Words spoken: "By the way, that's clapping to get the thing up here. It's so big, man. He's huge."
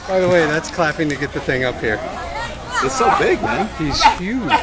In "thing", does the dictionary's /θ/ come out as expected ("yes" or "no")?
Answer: yes